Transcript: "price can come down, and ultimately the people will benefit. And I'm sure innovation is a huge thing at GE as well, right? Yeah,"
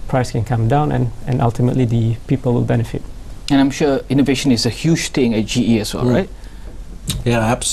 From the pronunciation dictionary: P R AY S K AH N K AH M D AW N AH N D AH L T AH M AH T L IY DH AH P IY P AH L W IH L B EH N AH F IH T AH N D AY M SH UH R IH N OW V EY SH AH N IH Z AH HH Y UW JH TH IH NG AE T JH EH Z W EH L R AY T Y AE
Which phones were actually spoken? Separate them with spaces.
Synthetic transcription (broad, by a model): P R AY S K AH N K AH M D AW N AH N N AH L T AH M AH T L IY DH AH P IY P AH L W IH L B EH N AH F IH T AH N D AY M SH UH IH N OW V EY SH AH N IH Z AH HH Y UW JH T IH NG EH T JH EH S W EH L R AY T Y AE